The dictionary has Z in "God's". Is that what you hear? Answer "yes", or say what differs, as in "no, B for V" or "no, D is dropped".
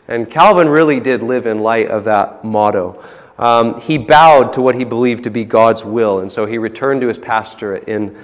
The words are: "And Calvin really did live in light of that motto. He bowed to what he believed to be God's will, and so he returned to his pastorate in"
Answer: yes